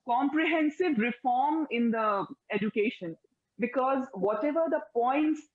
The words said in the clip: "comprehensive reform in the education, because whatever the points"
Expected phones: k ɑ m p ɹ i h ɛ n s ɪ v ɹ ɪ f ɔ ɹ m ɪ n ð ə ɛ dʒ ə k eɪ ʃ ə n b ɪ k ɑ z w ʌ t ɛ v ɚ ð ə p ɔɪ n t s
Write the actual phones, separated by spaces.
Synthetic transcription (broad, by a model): k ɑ m p ɹ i h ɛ n s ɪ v ɹ ɪ f ɔ ɹ m ɪ n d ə ɛ dʒ ə k eɪ ʃ ə n b ɪ k ɑ z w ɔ t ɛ v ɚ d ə p ɔɪ n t s